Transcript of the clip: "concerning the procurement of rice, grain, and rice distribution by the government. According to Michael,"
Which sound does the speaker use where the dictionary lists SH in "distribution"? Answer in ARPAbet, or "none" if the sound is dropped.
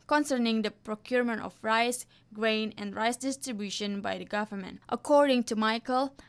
SH